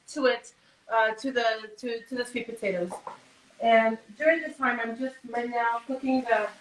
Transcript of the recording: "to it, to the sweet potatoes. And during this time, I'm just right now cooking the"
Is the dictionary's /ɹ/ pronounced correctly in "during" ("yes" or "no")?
yes